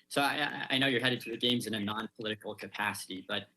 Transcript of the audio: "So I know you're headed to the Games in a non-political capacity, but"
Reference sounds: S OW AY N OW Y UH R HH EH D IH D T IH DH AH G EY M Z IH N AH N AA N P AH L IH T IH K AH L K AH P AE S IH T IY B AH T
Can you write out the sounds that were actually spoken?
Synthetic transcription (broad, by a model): S OW AY N OW Y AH R HH EH D IH D T IH DH AH G EY M Z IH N AH N AA N P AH L IH T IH K L K AH P AE S IH T IY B AH T